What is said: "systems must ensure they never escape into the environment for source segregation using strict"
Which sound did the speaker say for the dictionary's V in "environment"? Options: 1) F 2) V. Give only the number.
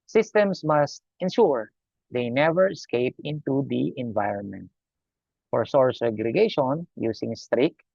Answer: 2